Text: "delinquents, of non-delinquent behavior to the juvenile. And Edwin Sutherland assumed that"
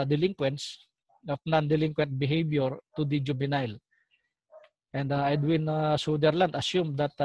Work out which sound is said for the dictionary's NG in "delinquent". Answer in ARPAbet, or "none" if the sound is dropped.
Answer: NG